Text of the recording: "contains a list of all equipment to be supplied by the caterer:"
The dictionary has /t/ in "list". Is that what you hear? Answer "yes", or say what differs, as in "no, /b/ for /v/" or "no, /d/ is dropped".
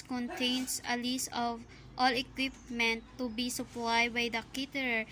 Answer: no, /t/ is dropped